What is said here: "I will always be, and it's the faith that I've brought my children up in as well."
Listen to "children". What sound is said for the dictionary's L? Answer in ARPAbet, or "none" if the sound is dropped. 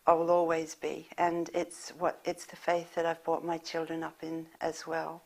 L